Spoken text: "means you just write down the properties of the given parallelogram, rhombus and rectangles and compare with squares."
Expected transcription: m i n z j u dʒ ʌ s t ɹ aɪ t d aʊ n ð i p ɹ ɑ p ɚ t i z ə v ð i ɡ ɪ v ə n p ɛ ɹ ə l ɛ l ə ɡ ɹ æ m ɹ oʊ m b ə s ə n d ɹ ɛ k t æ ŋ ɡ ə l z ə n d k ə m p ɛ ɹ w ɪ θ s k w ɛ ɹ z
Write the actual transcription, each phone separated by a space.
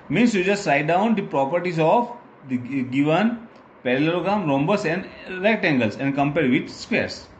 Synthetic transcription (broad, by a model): m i n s j u dʒ ʌ s t ɹ aɪ t d aʊ n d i p ɹ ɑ p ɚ t i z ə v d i ɡ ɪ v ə n p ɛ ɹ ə l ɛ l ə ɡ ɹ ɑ m ɹ oʊ m b ə s ə n d ɹ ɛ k t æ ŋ ɡ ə l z ə n d k ə m p ɛ ɹ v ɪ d s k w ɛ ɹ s